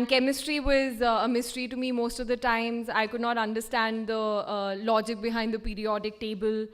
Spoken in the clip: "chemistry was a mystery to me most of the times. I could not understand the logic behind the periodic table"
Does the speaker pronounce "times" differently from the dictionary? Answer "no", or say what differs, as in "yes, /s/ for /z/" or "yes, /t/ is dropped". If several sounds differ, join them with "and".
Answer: no